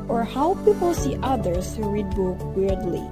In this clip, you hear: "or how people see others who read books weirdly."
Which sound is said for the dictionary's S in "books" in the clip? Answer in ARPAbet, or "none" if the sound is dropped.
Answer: none